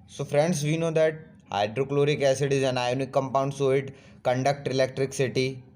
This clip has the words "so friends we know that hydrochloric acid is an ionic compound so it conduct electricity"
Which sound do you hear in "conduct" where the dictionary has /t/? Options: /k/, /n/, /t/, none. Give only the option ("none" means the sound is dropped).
/t/